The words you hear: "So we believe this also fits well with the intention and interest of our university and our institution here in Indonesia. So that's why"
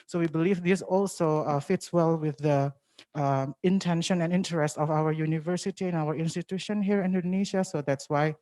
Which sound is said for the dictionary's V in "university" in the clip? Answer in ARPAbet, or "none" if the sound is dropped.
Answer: V